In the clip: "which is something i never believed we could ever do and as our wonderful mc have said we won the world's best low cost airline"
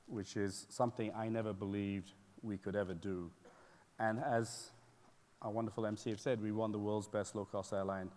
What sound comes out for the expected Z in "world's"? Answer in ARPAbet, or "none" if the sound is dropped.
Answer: Z